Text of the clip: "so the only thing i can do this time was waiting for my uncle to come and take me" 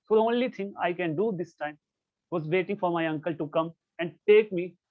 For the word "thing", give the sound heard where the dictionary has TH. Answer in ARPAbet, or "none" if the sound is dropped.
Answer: T